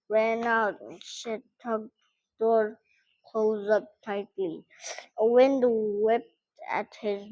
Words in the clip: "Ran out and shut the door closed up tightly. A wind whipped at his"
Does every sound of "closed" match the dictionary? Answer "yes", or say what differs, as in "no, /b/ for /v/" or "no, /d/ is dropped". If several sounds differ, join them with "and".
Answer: no, /d/ is dropped